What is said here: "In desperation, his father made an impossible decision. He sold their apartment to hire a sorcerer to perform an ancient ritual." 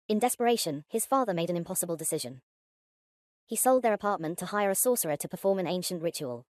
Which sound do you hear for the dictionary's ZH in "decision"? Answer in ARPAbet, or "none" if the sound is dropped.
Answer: ZH